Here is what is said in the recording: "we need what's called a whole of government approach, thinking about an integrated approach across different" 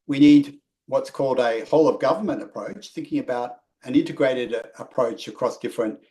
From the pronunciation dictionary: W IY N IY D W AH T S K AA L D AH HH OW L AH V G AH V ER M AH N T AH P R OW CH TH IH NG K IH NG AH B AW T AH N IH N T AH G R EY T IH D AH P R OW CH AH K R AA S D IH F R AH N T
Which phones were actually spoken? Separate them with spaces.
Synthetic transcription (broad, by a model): W IY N IY D W AH T S K AA L D AH HH OW L AH V G AH V ER M AH N T AH P R OW CH TH IH NG K IH NG AH B AW T AH N IH N T AH G R EY T IH D AH P R OW CH AH K R AA S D IH F R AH N T